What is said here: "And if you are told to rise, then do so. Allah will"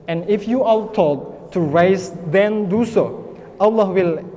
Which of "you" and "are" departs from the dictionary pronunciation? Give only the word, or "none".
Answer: are